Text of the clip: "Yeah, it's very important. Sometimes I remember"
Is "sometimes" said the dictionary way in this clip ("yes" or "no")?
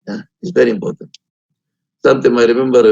no